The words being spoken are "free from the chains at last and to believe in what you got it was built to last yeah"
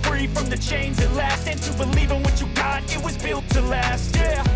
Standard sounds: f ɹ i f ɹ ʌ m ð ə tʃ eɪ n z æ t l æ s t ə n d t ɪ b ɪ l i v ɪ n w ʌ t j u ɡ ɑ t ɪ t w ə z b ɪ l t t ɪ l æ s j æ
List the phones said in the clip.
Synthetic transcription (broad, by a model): f ɹ i f ɹ ʌ m ð ə tʃ eɪ n z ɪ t l æ s t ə n t ɪ b ɪ l i v ɪ n w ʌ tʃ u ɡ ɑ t ɪ t w ə z b ɪ l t t ɪ l æ s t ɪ